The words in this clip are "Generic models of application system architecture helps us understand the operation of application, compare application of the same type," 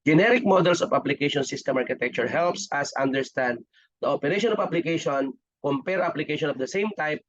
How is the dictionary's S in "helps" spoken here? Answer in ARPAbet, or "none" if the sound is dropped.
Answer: S